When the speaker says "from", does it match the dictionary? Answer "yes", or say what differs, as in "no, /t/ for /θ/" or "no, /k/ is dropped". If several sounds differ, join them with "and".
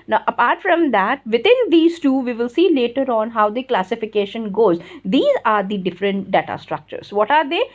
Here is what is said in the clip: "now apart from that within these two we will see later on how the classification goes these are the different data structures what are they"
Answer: yes